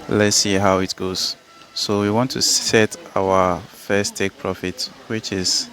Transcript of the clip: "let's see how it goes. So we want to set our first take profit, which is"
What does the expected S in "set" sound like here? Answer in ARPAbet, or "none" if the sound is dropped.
S